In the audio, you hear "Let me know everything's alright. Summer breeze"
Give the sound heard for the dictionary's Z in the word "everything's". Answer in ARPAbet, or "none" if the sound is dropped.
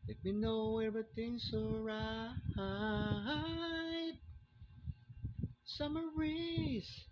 S